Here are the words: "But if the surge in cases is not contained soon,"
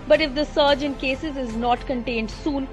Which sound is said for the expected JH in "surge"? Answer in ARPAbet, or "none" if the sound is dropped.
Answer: JH